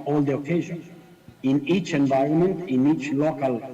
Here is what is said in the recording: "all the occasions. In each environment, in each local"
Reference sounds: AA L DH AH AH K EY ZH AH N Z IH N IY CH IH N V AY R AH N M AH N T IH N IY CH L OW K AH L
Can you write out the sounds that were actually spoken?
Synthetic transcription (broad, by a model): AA L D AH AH K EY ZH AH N IH N IY CH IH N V AY R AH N M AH N T IH N IY CH L OW K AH L